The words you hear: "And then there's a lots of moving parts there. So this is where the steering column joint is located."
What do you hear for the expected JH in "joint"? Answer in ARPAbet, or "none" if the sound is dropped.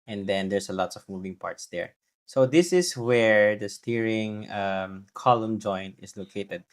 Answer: JH